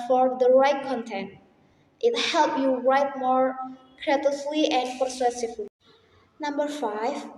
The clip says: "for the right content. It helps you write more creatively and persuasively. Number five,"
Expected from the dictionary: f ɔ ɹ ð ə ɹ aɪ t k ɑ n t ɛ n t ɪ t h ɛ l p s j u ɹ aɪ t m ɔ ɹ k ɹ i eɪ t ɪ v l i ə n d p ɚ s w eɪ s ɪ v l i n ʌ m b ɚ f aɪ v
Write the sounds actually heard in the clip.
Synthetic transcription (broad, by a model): f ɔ ɹ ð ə ɹ aɪ t k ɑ n t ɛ n t ɪ t h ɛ l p j u ɹ aɪ t m ɔ ɹ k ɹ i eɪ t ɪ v l i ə n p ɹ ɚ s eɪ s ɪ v l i n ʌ m b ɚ f aɪ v